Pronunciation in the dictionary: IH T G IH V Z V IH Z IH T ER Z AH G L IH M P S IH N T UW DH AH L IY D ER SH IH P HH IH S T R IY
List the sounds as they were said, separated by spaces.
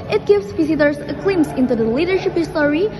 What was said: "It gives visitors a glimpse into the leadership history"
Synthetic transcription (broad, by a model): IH T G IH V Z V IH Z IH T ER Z AH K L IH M S IH N T UW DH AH L IY D ER SH IH P HH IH S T R IY